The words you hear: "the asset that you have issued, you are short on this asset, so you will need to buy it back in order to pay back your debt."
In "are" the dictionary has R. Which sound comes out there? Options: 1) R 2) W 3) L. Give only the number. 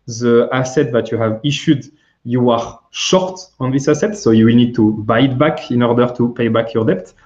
1